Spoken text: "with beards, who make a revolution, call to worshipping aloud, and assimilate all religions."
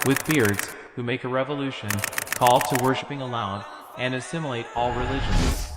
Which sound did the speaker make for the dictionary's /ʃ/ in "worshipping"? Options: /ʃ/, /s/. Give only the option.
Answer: /ʃ/